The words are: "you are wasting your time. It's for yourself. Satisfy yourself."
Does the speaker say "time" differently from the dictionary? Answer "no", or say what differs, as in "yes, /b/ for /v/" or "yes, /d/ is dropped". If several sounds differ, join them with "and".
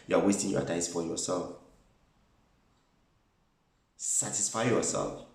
yes, /m/ is dropped